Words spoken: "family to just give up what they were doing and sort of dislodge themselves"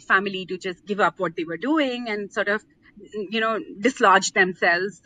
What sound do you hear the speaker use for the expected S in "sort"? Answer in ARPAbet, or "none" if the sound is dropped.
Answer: S